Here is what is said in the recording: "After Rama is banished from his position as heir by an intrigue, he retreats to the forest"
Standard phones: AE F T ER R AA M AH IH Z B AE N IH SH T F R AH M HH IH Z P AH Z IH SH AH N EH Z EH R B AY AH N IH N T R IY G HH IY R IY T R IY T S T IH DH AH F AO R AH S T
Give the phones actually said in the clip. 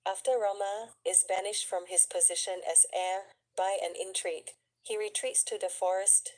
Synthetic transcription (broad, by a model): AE F T ER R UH M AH IH Z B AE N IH SH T F R AH M IH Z P AH Z IH SH AH N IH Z EH R B AY AH N IH N T R IY G HH IY R IY T R IY T S T IH DH AH F AO R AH S T